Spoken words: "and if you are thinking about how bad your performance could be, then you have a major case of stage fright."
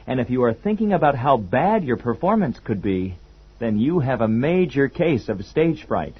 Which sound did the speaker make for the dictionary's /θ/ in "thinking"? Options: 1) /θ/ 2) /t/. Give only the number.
1